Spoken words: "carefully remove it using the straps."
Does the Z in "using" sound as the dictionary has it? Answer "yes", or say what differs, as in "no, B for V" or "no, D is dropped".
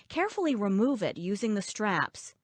yes